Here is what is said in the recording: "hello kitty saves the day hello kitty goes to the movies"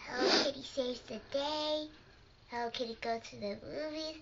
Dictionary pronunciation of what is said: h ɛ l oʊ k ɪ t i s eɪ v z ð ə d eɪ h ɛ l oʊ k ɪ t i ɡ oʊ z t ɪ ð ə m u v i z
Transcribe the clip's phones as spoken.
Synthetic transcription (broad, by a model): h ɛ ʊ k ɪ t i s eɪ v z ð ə d eɪ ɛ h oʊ k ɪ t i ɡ oʊ t ɪ ð ə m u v i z